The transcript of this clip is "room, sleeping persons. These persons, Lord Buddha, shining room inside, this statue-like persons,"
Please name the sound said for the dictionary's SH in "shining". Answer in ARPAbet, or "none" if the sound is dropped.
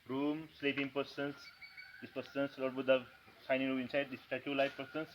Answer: S